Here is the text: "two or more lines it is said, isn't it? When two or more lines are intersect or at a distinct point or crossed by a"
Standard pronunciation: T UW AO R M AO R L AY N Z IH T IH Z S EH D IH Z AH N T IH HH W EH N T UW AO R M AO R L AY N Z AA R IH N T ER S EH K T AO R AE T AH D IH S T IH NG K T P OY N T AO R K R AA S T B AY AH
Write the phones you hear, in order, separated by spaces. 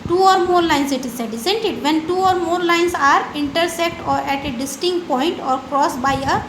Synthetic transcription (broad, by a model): T UW AO R M AO R L AY N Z IH T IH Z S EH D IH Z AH N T IH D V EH N T UW AO R M AO R L AY N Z AA R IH N T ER S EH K T AO R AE T AH D IH S T IH NG K T P OY N T AO R K R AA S B AY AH